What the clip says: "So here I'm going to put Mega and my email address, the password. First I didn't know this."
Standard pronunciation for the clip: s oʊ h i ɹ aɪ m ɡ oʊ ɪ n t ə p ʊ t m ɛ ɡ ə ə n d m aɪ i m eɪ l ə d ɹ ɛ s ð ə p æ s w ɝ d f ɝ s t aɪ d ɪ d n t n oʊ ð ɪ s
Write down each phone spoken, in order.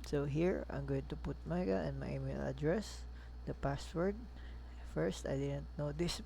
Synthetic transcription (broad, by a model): s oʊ h i ɹ aɪ m ɡ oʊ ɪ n t ə p ʊ t m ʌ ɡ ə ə n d m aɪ i m eɪ l ə d ɹ ɛ s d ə p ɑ s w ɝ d f ɝ s t aɪ d ɪ d n t n oʊ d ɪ s